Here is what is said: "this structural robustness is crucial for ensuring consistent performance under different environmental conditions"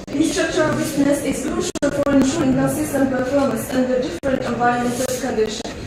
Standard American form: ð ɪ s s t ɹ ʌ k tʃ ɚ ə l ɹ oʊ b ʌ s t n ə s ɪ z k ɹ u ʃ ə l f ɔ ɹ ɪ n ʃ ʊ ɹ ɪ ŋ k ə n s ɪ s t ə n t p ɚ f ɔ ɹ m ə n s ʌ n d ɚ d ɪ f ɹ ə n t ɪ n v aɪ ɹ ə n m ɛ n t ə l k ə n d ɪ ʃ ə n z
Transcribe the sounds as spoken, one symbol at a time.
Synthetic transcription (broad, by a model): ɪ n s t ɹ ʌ k tʃ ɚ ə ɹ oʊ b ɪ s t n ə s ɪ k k l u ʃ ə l f ɔ ɹ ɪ n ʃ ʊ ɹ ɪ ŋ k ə s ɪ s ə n p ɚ f ɔ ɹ m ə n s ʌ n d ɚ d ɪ f ɹ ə n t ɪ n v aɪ ə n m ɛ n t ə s k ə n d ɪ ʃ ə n